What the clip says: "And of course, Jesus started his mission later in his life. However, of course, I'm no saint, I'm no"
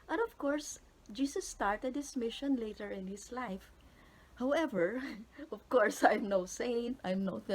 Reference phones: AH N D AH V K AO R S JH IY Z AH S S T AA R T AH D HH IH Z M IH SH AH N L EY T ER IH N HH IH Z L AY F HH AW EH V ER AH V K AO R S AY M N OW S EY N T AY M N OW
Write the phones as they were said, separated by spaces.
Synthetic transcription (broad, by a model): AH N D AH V K AO R S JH IY S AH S S T AA R T AH D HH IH S M IH SH AH N L EY T ER IH N HH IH S L AY F HH AW EH V ER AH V K AO R S AY M N OW S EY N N AY M N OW